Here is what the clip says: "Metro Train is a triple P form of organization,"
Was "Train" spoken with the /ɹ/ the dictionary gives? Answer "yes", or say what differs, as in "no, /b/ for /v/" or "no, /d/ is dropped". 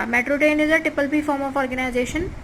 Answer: no, /ɹ/ is dropped